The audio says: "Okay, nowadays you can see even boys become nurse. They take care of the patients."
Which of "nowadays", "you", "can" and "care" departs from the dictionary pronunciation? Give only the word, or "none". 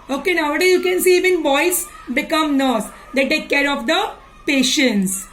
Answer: nowadays